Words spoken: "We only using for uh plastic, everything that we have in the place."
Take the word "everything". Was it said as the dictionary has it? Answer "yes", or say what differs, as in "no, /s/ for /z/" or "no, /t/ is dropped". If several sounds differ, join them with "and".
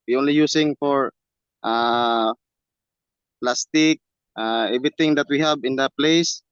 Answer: no, /t/ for /θ/